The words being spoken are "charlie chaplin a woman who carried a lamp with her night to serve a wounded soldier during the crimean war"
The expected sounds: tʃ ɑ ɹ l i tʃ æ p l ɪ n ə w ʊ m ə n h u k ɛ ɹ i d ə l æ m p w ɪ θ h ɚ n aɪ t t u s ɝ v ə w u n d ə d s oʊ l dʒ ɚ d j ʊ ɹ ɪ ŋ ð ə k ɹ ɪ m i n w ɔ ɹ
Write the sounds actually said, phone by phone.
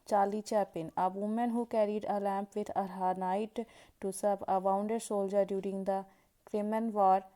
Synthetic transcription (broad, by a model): tʃ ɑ l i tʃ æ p ɪ n ə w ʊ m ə n h u k ɛ ɹ i d ə l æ m p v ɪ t h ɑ n aɪ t t u s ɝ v ə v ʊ n d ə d s oʊ l dʒ ɚ d j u ɹ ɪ ŋ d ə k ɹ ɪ m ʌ n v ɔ ɹ